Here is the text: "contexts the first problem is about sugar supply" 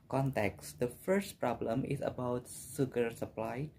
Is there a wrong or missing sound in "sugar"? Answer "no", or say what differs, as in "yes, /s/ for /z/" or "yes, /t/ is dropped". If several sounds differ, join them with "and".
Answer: yes, /s/ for /ʃ/